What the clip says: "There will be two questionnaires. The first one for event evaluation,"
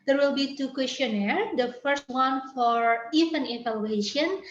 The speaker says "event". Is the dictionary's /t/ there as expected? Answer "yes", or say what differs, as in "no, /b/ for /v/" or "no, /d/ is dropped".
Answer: no, /t/ is dropped